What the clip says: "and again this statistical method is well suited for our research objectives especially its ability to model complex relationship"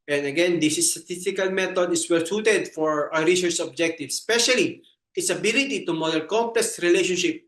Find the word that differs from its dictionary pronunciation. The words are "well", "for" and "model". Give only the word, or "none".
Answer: model